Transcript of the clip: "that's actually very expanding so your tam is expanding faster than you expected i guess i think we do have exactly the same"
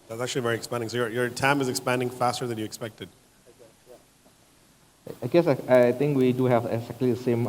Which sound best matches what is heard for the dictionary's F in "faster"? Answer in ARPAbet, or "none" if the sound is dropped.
F